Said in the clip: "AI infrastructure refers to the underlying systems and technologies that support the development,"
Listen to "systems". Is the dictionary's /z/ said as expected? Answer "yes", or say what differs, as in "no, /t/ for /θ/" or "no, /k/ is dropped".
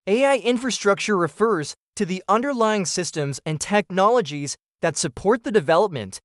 yes